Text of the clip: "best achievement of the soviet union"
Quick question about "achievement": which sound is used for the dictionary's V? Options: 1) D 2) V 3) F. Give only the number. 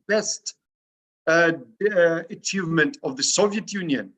2